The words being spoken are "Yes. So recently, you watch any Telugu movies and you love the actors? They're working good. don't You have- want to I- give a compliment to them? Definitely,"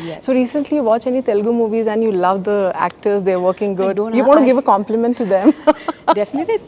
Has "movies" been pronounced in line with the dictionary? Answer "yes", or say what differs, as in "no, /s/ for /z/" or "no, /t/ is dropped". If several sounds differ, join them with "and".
yes